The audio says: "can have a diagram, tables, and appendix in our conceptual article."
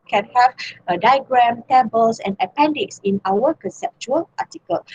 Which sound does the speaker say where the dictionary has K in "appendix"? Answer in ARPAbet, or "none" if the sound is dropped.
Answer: K